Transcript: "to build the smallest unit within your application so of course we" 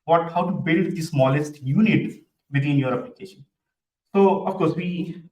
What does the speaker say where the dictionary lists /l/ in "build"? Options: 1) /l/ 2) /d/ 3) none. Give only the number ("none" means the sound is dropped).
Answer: 1